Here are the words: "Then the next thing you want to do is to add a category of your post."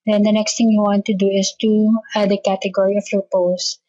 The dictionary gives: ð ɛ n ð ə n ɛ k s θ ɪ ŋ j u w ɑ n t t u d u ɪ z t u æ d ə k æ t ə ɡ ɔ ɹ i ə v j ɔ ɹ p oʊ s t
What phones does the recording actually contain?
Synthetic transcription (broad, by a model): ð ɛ n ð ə n ɛ k s t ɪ ŋ j u w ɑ n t t u d u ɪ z t u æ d ə k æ t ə ɡ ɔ ɹ i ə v j ɔ ɹ p oʊ s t